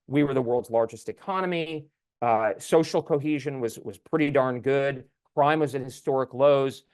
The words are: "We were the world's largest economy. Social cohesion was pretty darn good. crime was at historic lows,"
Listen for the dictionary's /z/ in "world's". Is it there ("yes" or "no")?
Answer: yes